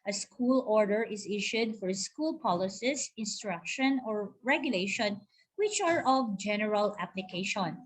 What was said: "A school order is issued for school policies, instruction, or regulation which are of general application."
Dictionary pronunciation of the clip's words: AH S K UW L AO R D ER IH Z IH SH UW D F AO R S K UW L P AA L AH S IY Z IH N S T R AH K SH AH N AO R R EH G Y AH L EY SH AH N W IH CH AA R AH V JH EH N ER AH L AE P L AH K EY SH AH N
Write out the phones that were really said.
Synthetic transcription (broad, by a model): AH S K UW L AO R D ER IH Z IH SH UW D F AO R S K UW L P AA L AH S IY S IH N S T R AH K SH AH N AO R R EH G Y AH L EY SH AH N W IH CH AA R AH V JH EH N ER AH L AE P L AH K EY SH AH N